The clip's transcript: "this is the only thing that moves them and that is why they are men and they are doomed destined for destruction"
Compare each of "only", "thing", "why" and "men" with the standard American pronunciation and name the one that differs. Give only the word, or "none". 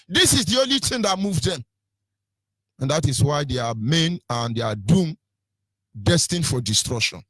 thing